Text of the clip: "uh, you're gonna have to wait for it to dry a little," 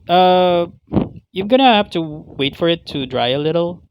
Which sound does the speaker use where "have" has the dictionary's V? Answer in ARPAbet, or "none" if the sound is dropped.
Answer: F